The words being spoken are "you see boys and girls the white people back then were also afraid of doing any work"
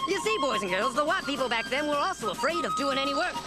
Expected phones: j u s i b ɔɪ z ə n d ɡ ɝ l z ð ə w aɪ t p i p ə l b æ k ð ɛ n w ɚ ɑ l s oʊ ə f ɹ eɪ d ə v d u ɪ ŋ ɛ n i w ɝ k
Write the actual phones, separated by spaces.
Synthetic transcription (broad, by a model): j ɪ s i b ɔɪ z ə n ɡ ɝ l z ð ə w aɪ t p i p l b æ k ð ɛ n w ɚ ɑ l s oʊ ə f ɹ eɪ d ə v d u ɪ ŋ ɛ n i w ɝ k